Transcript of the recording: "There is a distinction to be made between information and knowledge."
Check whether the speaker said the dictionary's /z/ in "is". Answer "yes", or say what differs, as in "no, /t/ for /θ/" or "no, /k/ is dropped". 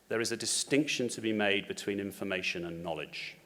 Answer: yes